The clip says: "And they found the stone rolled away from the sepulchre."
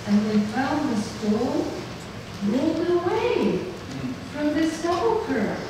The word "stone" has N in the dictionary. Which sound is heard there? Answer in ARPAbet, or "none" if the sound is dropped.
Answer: L